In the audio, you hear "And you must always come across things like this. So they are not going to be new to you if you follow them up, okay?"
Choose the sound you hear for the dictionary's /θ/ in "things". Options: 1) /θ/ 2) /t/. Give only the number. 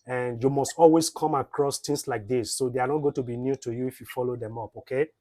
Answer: 2